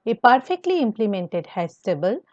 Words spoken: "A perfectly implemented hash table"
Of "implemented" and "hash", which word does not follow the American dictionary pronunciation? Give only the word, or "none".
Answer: hash